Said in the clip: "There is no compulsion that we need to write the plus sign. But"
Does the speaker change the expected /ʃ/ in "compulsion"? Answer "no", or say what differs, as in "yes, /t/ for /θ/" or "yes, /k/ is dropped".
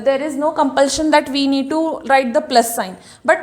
no